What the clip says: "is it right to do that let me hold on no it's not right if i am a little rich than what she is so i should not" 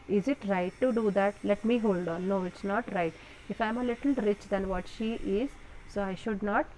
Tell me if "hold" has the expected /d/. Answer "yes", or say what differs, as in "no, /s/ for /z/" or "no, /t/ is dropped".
yes